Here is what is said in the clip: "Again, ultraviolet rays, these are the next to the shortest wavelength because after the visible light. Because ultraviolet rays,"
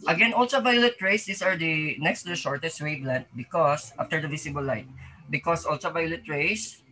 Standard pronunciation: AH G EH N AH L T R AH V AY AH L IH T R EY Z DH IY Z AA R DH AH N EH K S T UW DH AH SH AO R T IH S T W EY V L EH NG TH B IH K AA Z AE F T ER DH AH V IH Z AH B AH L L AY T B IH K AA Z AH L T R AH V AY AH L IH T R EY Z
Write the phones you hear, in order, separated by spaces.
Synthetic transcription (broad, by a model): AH G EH N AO L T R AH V AY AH L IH T R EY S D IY S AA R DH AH N EH K S T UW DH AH SH AO R T IH S T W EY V L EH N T B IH K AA S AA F T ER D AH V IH S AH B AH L L AY T B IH K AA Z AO L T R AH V AY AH L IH T R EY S